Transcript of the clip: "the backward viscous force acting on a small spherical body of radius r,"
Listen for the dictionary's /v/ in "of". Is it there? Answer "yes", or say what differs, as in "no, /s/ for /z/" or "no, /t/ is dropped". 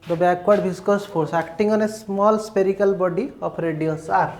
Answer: no, /p/ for /v/